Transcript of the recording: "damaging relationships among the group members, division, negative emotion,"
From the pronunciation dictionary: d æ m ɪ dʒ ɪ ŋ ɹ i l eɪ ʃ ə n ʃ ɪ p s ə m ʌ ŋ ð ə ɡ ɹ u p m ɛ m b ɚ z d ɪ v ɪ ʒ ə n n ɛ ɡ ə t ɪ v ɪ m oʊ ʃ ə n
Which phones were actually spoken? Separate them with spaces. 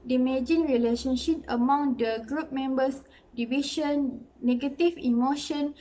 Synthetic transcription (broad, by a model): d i m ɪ dʒ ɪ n ɹ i l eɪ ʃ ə n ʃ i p ə m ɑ ŋ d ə ɡ ɹ u p m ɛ m b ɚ s d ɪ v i ʃ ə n n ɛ ɡ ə t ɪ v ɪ m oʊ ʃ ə n